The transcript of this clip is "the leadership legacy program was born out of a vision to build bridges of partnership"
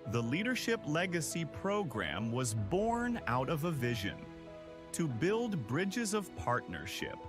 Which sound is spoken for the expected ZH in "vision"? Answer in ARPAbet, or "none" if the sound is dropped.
ZH